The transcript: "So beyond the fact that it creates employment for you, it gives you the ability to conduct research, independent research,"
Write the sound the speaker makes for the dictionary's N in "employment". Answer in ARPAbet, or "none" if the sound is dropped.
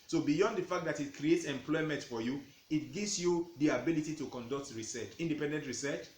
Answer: N